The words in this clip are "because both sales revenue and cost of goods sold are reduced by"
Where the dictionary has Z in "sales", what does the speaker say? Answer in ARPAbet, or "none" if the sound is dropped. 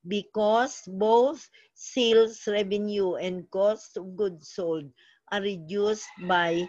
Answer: S